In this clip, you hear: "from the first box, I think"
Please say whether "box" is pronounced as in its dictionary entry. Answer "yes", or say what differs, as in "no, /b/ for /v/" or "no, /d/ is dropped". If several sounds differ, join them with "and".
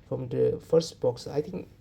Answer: yes